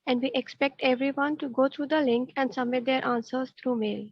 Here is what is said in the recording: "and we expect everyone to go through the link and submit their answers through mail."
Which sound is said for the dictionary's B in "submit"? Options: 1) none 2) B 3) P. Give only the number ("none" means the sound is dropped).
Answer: 1